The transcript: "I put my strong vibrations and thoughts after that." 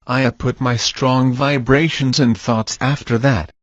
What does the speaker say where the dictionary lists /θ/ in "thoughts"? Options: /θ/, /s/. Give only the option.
/θ/